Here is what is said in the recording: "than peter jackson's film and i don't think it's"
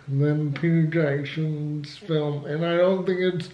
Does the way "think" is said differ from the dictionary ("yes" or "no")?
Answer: no